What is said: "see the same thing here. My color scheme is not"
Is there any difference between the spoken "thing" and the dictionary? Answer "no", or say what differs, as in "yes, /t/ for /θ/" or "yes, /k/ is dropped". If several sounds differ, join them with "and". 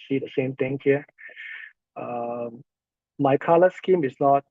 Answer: yes, /t/ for /θ/